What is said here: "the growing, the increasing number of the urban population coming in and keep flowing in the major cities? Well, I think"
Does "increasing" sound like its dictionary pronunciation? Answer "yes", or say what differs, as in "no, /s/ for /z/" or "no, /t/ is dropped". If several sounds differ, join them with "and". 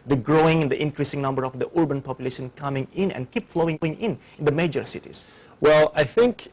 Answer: yes